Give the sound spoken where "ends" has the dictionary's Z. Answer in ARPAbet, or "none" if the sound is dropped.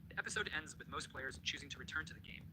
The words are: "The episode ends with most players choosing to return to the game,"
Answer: Z